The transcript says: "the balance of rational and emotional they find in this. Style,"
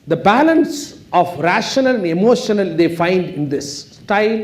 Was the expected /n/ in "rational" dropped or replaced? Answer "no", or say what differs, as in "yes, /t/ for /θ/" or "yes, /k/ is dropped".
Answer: no